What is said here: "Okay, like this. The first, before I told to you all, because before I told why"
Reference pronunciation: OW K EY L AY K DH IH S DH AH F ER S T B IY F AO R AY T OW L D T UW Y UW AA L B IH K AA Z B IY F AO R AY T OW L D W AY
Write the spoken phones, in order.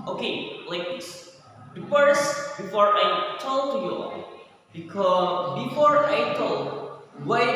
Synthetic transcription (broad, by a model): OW K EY L AY K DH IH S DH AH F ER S B IY F AO R AY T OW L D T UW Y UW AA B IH K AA B IY F AO R AY T OW L D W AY